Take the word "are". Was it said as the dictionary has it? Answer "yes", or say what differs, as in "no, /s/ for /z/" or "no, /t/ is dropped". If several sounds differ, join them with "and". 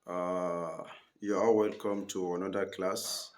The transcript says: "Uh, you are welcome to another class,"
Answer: no, /l/ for /ɹ/